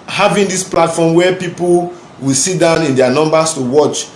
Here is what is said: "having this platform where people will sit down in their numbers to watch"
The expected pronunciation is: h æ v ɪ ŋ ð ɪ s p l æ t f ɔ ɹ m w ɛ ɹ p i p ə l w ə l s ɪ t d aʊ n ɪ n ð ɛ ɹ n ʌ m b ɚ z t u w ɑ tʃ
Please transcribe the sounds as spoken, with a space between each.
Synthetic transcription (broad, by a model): h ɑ v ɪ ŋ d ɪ s p l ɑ t f ɔ m w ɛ p i p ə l w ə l s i t d aʊ n ɪ n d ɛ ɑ n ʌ m b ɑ s t u w ɑ tʃ